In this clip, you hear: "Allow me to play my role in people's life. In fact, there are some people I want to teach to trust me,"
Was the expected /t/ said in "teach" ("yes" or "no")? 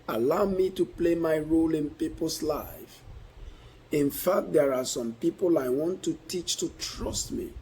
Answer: yes